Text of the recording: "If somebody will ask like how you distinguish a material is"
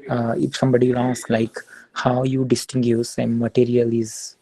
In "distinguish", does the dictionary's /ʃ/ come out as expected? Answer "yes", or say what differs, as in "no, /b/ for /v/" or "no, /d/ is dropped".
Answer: no, /s/ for /ʃ/